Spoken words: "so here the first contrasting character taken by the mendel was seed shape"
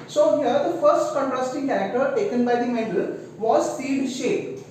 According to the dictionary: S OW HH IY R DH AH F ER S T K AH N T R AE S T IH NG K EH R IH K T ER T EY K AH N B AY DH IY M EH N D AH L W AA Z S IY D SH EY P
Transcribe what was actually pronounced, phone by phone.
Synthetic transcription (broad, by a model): S OW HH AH R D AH F ER S T K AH N T R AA S T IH NG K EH R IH K T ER T EY K AH N B AY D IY M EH D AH L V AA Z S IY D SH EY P